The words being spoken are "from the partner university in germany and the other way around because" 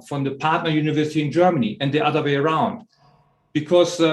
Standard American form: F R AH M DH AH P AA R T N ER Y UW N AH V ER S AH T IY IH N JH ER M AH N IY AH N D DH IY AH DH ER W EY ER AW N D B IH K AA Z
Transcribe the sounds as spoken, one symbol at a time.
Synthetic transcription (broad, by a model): F R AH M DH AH P AA R T N ER Y UW N AH V ER S AH T IY IH N JH ER M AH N IY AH N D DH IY AH DH ER W EY ER AW N D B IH K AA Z